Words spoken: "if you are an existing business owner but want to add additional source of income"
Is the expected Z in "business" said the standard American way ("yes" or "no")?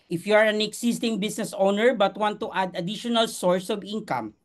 no